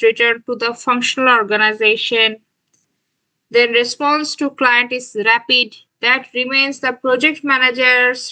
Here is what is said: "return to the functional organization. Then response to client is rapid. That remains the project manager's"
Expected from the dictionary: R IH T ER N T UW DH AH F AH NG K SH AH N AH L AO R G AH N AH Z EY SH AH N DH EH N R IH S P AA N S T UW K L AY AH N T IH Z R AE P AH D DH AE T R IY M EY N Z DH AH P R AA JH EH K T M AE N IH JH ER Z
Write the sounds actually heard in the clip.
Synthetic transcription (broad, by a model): R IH T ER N T UW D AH F AH NG K SH AH N AH L AO R G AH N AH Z EY SH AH N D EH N R IH S P AA N S T UW K L AY AH N T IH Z R AE P AH D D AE T R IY M EY N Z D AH P R AA JH EH K T M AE N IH JH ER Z